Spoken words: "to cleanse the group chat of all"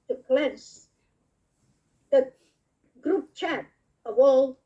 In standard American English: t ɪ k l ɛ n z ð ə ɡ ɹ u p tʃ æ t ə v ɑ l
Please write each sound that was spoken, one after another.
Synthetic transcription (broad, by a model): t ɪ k l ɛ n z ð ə ɡ ɹ u p tʃ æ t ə w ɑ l